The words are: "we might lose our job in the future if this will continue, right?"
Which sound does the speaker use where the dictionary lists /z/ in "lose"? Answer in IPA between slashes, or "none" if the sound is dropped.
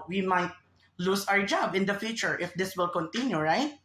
/s/